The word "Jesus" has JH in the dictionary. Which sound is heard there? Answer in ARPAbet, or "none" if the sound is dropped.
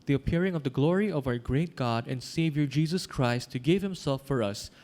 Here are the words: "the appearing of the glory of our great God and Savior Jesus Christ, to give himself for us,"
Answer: JH